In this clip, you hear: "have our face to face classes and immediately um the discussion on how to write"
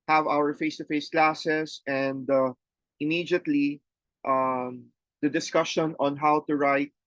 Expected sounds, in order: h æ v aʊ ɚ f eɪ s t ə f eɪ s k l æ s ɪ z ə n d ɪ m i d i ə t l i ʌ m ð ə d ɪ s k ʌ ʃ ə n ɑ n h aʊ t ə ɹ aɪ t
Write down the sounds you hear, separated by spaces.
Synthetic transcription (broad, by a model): h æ v aʊ ɚ f eɪ s t ə f eɪ s k l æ s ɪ s ə n d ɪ m i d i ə t l i ʌ m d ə d ɪ s k ʌ ʃ ə n ɑ n h aʊ t ə ɹ aɪ t